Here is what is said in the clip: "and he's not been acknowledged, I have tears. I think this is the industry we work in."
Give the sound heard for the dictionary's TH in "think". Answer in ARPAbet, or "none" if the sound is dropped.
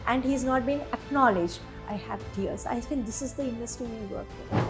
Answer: F